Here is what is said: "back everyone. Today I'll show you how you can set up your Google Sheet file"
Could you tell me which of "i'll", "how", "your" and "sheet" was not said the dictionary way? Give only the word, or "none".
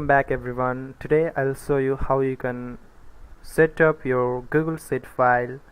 sheet